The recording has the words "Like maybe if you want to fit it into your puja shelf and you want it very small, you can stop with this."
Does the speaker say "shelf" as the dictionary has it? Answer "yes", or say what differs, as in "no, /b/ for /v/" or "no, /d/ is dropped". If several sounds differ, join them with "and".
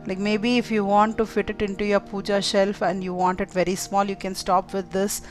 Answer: yes